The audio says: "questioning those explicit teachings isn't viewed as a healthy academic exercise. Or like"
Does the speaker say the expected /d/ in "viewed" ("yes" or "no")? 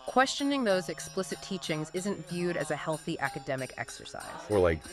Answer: yes